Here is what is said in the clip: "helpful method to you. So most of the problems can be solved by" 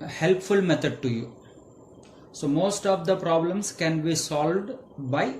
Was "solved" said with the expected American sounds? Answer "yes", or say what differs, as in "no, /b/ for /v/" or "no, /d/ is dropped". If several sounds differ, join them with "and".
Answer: yes